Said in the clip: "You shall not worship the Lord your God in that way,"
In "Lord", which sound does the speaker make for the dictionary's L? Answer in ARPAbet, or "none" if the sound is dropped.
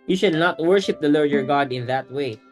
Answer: L